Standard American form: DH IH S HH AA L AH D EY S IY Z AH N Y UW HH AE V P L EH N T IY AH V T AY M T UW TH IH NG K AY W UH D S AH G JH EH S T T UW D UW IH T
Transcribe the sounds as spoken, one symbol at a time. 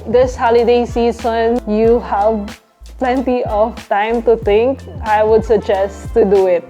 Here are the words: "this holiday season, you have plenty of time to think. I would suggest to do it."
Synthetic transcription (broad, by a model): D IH S HH AA L AH D EY S IY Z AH N Y UW HH AE V P L EH N T IY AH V T AY M T UW T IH NG K AY W UH D S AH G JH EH S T T UW D UW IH T